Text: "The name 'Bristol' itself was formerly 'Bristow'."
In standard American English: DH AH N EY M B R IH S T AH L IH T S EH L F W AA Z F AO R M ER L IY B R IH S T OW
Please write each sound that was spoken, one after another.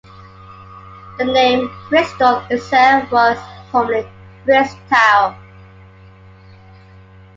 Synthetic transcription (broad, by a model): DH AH N EY M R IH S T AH N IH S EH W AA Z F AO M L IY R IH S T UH